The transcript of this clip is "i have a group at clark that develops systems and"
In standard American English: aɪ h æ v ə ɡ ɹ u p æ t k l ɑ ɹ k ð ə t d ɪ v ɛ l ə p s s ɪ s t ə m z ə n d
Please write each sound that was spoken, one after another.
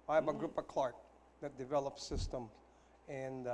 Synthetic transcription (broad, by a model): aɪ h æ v ə ɡ ɹ u p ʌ k l ɑ ɹ k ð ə t d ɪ v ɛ l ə p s s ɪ s t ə m ə n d